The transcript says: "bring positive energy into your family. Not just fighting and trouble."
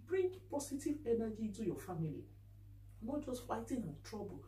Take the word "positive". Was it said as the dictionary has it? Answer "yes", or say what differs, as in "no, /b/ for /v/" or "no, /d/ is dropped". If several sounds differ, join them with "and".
no, /s/ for /z/